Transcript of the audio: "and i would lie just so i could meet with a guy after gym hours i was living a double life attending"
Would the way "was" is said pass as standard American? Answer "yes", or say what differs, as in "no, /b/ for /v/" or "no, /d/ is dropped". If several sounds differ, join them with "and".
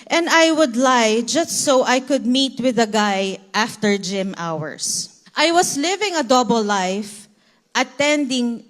no, /s/ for /z/